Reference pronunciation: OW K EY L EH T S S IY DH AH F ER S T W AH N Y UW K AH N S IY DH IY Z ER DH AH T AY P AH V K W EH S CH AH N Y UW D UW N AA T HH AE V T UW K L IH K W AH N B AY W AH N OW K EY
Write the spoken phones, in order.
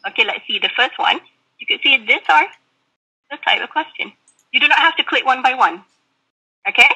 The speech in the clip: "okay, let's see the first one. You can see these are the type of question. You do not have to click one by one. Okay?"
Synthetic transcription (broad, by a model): OW K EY L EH T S S IY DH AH F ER S T W AH N Y UW K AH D S IY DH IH S ER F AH T AY P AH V K W EH S CH AH N Y UW D UW N AA T HH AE F T UW K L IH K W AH N B AY W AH N OW K EY